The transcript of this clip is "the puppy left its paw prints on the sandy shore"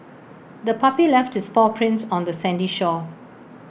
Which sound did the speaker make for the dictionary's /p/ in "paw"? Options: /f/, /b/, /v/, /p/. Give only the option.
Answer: /f/